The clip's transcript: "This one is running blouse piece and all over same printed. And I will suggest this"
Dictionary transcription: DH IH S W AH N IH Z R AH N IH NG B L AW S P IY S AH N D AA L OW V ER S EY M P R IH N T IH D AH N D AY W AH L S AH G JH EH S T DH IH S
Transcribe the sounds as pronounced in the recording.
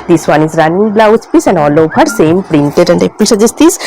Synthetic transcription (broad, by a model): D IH S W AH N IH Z R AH N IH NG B L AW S P IY S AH N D AA L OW P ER S EY M P R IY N T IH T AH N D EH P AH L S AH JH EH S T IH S